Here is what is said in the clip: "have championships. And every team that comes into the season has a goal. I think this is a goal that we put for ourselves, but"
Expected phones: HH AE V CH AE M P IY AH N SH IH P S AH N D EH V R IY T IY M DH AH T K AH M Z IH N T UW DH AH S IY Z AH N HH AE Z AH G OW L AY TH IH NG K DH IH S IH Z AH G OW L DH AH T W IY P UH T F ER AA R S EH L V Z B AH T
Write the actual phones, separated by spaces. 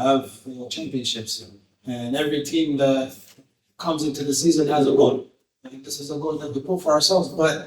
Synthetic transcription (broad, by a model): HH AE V CH AE M P IY AH N SH IH P S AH N EH V R IY T IY M DH AH T K AH M Z IH N T UW DH AH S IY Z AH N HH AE Z AH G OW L AY TH IH NG K DH IH S IH Z AH G OW L DH AH T W IY P UH T F ER AA R S EH L V Z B AH T